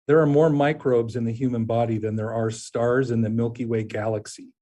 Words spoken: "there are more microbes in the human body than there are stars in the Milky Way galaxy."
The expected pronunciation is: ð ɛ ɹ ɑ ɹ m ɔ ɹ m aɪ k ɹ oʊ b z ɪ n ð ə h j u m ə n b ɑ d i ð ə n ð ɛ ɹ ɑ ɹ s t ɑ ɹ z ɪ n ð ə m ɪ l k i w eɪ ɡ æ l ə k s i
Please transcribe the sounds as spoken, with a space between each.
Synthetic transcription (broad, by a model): ð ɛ ɹ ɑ ɹ m ɔ ɹ m aɪ k ɹ oʊ b z ɪ n ð ə h j u m ə n b ɑ d i ð ə n ð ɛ ɹ ɑ ɹ s t ɑ ɹ z ɪ n ð ə m ɪ l k i w eɪ ɡ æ l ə k s i